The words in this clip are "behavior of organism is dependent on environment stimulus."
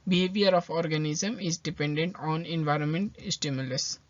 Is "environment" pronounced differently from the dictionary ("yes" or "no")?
no